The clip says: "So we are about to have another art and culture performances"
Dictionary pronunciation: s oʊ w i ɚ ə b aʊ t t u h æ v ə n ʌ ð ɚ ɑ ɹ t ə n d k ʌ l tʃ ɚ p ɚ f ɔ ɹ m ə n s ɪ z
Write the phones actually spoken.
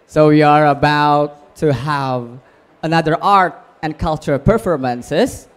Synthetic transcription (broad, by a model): s oʊ w i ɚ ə b aʊ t t u h æ v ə n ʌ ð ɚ ɑ ɹ t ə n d k ʌ l tʃ ɚ p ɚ f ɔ ɹ m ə n s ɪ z